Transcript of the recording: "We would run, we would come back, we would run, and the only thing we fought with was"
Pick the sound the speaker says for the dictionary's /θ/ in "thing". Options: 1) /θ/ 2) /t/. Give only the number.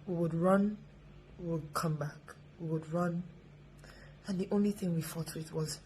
1